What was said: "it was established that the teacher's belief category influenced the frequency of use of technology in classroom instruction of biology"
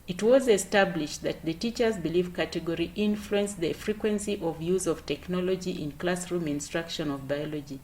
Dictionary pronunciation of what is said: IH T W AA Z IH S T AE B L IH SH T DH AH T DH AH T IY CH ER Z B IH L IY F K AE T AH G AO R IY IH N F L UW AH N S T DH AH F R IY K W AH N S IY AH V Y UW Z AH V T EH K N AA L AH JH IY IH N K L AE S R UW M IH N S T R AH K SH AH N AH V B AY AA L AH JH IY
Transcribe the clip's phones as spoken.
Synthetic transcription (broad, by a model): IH T W AA Z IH S T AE B L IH SH T DH AH T DH AH T IY CH ER Z B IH L IY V K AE T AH G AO R IY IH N F L UW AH N S DH AH F R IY K W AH N S IY AH V Y UW Z AH V T EH K N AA L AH JH IY IH N K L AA S R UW M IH N S T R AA K SH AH N AH V B AY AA L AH JH IY